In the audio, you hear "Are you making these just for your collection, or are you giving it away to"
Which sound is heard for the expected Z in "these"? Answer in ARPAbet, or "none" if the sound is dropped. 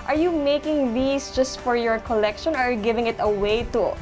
S